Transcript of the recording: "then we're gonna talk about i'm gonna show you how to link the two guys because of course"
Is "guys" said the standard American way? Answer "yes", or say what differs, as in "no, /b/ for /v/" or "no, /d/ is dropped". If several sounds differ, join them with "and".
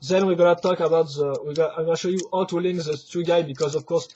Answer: no, /z/ is dropped